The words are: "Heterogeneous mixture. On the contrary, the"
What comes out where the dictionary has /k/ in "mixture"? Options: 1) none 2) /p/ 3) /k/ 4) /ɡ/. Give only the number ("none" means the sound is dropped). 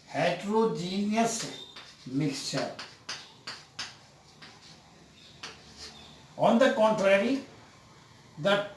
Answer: 3